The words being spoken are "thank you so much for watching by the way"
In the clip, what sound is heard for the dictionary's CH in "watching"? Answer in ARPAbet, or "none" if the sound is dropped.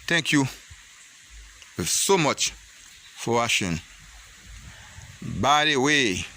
SH